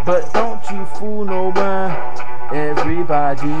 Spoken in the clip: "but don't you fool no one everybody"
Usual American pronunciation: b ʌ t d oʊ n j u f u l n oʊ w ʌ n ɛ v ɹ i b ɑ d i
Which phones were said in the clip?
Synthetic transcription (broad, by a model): b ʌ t d oʊ n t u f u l n oʊ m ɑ ɛ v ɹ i b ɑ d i